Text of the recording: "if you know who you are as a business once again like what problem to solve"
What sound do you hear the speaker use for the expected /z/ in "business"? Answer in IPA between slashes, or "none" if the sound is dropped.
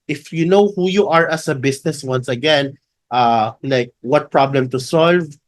/s/